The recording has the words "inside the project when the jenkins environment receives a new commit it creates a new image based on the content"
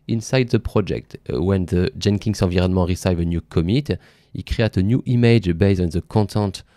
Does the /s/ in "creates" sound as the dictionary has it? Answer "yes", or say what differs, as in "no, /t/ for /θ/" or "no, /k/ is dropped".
no, /s/ is dropped